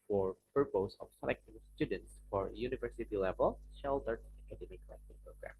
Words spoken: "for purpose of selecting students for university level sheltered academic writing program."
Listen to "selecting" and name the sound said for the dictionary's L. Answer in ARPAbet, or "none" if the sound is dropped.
N